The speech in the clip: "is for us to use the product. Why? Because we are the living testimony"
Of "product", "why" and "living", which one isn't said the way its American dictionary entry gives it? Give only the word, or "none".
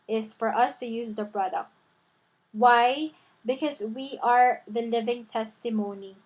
none